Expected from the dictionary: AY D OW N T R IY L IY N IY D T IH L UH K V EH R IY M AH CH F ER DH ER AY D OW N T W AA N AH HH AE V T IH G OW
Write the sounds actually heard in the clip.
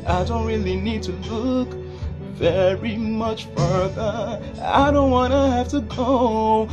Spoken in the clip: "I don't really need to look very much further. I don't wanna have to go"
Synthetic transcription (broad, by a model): AY D OW N T R IY L IY N IY D T IH L UH K V EH R IY M AH CH F ER DH ER AY D OW N T W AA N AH HH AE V T IH G OW